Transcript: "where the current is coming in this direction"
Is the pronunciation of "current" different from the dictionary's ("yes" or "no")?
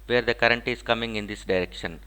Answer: no